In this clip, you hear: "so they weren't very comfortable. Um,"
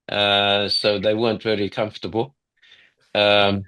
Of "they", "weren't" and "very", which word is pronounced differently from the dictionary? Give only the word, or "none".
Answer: very